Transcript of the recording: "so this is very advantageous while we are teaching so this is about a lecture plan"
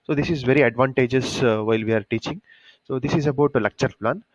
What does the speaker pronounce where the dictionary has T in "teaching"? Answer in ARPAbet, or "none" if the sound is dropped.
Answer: T